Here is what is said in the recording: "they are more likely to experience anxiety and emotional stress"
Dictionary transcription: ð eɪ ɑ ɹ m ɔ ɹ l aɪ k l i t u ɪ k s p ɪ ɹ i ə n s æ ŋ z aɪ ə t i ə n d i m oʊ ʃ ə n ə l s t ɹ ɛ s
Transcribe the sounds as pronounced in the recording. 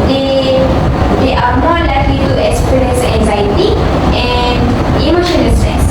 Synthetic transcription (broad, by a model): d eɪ ɑ ɹ m ɔ ɹ l aɪ k l i t u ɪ k s p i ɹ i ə n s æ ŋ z aɪ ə t i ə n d i m oʊ ʃ ə n ə l s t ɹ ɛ s